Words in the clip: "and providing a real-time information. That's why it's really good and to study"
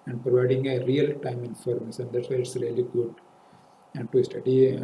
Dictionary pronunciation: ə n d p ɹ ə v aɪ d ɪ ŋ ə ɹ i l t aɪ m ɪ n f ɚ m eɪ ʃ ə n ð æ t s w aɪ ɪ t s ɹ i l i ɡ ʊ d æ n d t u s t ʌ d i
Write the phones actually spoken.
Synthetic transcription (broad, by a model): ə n d p ɹ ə v aɪ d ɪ ŋ ə ɹ i l t aɪ m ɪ n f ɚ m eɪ s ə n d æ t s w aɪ ɪ t s ɹ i l i ɡ ʊ d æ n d t u s t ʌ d i